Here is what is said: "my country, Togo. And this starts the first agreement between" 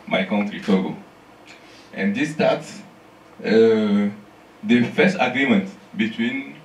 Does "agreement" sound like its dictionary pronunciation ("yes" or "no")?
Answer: yes